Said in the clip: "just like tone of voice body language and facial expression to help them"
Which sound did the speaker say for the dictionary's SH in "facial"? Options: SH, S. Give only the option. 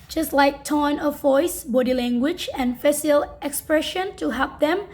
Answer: S